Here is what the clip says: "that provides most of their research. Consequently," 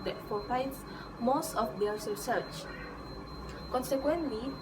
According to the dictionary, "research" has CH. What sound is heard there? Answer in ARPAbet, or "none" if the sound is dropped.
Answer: CH